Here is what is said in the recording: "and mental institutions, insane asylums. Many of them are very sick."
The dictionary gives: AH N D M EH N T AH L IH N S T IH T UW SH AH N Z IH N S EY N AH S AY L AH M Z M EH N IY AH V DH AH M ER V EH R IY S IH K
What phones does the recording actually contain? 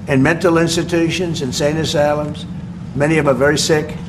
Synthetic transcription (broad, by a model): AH N M EH N T L IH N S T IH T UW SH AH N Z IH N S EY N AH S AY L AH M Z M EH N IY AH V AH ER V EH R IY S IH K